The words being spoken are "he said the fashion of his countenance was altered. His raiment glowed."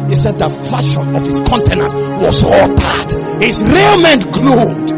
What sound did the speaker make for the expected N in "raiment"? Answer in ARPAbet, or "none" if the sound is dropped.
N